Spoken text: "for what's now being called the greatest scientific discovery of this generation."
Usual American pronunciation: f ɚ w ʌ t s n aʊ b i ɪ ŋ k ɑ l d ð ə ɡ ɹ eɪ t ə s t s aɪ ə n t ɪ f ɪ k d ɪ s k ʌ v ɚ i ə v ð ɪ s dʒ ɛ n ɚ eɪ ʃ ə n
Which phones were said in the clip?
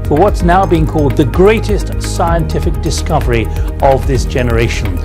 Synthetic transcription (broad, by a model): f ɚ w ʌ t s n aʊ b i ɪ ŋ k ɑ l d ð ə ɡ ɹ eɪ t ə s t s aɪ ə n t ɪ f ɪ k d ɪ s k ʌ v ɚ i ə v ð ɪ s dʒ ɛ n ɚ eɪ ʃ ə n